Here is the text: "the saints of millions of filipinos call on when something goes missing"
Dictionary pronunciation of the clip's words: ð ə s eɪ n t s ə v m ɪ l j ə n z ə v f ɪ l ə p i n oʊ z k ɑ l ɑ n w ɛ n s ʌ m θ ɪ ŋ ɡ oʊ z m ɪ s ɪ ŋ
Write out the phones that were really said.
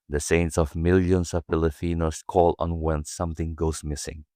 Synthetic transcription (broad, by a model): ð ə s eɪ n t s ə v m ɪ l j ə n s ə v p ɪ l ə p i n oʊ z k ɑ l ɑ n w ɛ n s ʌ m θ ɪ ŋ ɡ oʊ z m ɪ s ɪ ŋ